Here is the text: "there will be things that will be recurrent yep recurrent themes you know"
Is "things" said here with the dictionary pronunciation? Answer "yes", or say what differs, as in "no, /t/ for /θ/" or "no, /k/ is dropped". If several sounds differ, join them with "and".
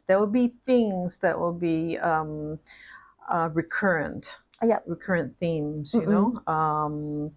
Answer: yes